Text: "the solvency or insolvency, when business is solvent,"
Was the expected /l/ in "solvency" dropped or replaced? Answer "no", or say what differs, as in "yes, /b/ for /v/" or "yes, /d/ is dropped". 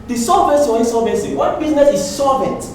yes, /l/ is dropped